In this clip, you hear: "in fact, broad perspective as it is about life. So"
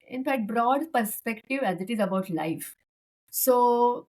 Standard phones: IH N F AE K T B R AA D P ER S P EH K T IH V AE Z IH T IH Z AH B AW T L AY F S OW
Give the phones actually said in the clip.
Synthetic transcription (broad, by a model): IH N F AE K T B R AA D P ER S P EH K T IH V AE Z IH T IH Z AH B AW T L AY F S OW